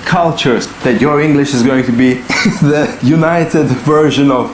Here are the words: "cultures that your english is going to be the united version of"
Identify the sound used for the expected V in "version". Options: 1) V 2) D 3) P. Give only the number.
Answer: 1